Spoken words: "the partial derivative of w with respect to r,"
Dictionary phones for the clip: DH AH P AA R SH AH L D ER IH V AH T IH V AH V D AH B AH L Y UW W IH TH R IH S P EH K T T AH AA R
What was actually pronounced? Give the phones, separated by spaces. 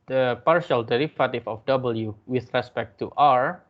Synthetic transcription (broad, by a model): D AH P AA R SH AH L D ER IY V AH T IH F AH F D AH B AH L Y UW W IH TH R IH S P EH K T T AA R